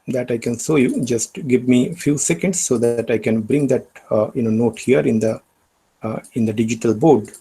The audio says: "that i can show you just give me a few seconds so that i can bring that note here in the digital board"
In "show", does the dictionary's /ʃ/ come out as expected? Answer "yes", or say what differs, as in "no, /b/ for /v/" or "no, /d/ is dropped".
no, /s/ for /ʃ/